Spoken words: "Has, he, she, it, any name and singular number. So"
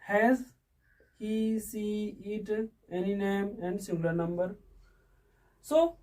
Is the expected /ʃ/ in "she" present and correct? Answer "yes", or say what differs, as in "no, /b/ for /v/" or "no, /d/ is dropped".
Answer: no, /s/ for /ʃ/